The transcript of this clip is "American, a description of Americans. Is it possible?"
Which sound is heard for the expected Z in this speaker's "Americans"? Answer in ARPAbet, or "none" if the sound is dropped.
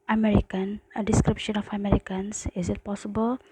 S